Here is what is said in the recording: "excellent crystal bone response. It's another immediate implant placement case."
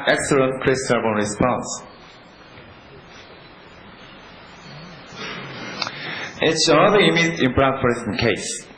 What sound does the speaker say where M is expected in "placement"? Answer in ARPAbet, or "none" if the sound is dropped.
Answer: none